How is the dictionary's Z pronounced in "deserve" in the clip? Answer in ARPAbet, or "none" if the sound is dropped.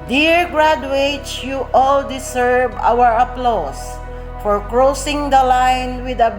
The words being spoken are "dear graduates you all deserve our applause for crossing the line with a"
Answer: S